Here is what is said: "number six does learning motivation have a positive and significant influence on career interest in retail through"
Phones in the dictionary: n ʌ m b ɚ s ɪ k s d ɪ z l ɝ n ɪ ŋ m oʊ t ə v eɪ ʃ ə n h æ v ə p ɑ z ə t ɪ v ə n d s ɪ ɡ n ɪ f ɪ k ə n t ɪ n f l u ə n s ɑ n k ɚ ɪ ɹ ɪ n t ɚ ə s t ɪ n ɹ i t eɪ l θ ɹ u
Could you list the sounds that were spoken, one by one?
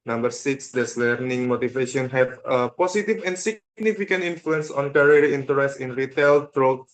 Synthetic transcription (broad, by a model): n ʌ m b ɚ s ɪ k s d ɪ s l ɝ n ɪ ŋ m oʊ t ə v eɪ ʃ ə n h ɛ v ə p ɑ s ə t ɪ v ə n s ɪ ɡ n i f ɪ k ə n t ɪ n f l u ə n s ɑ n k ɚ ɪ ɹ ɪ n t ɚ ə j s ɪ n ɹ i t eɪ l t ɹ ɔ